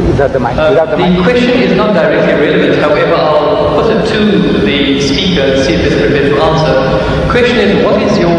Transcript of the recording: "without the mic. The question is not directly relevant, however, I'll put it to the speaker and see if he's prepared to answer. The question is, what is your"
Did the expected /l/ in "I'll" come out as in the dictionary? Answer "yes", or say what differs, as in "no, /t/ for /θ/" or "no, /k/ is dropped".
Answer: yes